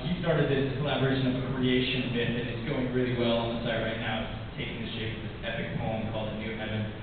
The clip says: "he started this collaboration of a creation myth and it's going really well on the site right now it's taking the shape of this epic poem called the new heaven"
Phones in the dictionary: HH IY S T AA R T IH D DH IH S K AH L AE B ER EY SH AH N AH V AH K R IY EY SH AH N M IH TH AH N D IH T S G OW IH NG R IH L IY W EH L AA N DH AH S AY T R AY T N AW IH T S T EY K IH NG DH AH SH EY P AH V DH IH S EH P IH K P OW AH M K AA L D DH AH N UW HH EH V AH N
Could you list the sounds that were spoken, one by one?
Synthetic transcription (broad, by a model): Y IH S T AA R T IH D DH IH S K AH L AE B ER EY SH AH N AH V AH K R IY EY SH AH N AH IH T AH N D IH T S G OW IH NG R IH L IY W EH L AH N DH AH S AY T R AY T N AW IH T T EY K IH NG DH AH SH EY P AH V DH IH S EH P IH K P OW AH M K AA L D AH N UW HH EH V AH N